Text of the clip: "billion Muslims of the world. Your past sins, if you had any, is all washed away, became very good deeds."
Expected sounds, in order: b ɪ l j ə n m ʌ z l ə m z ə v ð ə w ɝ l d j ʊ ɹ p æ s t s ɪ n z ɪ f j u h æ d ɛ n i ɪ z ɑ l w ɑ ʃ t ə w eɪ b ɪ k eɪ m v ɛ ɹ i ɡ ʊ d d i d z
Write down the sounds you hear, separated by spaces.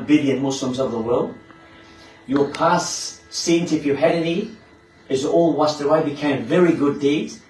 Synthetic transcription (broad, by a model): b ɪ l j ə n m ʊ s l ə m z ə v ð ə w ɝ l d j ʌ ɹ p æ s s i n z ɪ f j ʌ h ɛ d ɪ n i ɪ z ɑ l w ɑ s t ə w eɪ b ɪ k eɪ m v ɛ ɹ i ɡ ʊ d d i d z